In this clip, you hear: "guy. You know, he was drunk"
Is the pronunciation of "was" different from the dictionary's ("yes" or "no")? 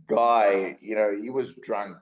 no